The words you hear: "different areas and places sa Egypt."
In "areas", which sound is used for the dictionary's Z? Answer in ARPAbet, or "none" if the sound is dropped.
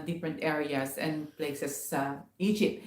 S